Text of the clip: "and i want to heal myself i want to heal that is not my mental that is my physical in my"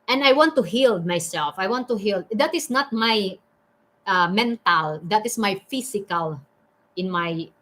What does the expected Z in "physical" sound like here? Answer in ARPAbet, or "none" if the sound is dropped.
S